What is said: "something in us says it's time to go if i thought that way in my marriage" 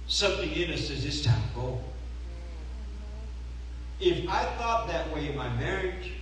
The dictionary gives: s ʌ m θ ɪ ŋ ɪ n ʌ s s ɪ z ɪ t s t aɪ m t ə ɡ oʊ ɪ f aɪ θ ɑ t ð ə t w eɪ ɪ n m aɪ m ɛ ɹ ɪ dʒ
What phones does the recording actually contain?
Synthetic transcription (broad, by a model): s ʌ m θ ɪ ŋ ɪ n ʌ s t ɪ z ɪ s t aɪ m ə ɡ oʊ ɪ f aɪ θ ɑ t ð ə t w eɪ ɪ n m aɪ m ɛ ɹ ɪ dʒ